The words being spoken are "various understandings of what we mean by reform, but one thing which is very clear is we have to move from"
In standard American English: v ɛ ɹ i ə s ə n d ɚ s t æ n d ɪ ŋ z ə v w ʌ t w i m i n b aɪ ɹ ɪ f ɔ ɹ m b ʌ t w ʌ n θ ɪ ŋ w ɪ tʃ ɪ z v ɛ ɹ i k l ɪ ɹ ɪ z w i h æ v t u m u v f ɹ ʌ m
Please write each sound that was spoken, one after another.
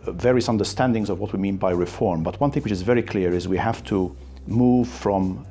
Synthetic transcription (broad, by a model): v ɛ ɹ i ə s ə n d ɚ s t æ n d ɪ ŋ z ə v w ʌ t w i m i n b aɪ ɹ ɪ f ɔ ɹ m b ʌ t w ʌ n θ ɪ ŋ w ɪ tʃ ɪ z v ɛ ɹ i k l ɪ ɹ ɪ z w i h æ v t u m u v f ɹ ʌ m